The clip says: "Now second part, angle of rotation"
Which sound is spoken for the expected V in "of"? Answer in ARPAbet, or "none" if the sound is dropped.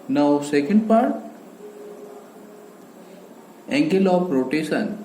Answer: P